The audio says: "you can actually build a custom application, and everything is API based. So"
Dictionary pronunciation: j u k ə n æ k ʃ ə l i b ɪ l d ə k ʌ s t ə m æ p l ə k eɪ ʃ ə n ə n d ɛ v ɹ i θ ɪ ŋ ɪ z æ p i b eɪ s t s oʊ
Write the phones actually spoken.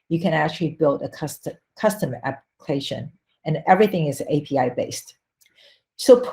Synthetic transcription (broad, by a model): j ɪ k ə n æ k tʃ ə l i b ɪ l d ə k ʌ s t ə m æ p l ə k eɪ ʃ ə n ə n ɛ v ɹ i θ ɪ ŋ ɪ z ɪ p i b eɪ s t s oʊ